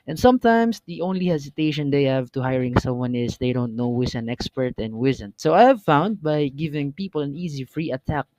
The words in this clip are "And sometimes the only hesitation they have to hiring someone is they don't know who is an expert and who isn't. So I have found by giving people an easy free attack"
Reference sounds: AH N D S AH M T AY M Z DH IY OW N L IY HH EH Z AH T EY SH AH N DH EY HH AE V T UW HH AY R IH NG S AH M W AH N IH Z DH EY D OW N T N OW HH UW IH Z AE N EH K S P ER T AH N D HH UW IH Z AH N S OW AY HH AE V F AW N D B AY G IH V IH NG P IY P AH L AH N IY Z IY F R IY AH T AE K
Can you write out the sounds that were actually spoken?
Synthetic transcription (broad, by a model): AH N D S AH M T AY M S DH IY OW N L IY HH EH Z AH T EY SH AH N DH EY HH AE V T UW HH AY R IH NG S AH M W AH N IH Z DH EY D OW N T N OW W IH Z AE N EH K S P ER T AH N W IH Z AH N S OW AY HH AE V F AW N D B AY G IH V IH NG P IY P AH L AH N IY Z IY F R IY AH T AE K